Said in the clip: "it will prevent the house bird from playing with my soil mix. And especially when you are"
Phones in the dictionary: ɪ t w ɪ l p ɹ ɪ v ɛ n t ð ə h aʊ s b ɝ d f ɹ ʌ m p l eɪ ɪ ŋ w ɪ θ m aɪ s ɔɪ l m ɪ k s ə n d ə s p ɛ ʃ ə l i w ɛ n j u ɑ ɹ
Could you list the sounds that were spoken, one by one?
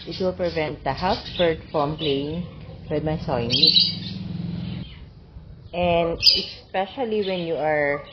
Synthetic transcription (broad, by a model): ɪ t w ɪ l p ɹ ɪ v ɛ n t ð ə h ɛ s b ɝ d f ɹ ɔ m p l eɪ ɪ ŋ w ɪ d m aɪ s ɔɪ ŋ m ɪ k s ə n d ə s p ɛ ʃ ə l i w ɛ n j u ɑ ɹ